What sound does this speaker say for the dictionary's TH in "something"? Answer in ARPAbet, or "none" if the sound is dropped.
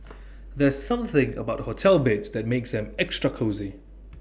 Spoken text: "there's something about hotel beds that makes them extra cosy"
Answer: TH